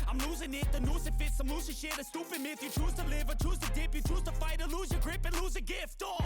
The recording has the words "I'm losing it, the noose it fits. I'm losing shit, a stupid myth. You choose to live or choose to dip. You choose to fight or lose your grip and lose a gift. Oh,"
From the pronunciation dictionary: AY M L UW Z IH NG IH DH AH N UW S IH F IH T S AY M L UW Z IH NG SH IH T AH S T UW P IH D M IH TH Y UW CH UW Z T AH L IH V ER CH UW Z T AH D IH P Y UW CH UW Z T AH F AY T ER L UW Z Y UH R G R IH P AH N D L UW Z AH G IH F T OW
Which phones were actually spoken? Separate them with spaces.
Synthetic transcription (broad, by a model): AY M L UW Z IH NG IH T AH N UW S IH F IH T S AY M L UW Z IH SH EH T AH S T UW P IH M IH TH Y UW CH UW Z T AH L IH V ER CH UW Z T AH D IH P Y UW CH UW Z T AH F AY T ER L UW Z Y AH G R IH P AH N L UW Z AH G IH F T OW